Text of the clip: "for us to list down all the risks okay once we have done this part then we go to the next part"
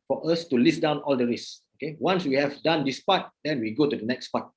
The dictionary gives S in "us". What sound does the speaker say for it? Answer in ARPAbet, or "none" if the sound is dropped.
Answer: S